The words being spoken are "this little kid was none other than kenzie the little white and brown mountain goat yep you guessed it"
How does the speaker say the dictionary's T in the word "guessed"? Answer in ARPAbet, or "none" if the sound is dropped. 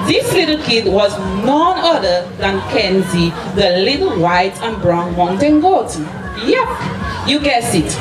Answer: none